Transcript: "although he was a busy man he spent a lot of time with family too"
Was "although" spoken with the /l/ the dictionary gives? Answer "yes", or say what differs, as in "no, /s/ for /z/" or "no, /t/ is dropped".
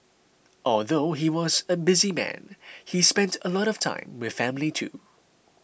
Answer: yes